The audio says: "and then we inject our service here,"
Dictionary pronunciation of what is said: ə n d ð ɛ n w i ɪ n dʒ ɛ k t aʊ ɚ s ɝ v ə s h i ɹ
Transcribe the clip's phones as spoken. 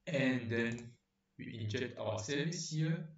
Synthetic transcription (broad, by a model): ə n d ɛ n w i ɪ n dʒ ɛ k t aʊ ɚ s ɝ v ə s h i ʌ